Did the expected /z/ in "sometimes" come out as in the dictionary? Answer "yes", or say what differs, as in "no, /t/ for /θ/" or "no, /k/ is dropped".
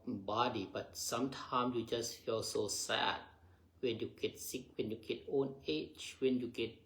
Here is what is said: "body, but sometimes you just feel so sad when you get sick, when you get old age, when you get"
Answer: no, /z/ is dropped